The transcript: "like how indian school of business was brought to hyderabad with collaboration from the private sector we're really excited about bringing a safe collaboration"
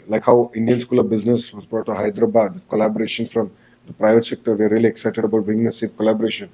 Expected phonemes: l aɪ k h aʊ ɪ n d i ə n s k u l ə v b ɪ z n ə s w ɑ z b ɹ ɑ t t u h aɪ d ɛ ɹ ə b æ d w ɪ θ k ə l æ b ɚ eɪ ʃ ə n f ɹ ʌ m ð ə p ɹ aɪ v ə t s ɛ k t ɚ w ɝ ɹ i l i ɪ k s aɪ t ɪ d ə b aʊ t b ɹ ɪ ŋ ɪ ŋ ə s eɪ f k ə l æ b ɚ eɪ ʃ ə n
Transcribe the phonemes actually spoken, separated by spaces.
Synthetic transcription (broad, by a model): l aɪ k h aʊ ɪ n d i ə n s k u l ə v b ɪ z n ə s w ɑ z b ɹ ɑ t t u h aɪ d ɹ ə b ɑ d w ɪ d k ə l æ b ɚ eɪ ʃ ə n f ɹ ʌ m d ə p ɹ aɪ v ə t s ɛ k t ɚ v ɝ ɹ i l i ɪ k s aɪ t ɪ d ə b aʊ t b ɪ ɪ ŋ ə s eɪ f k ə l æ b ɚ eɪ ʃ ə n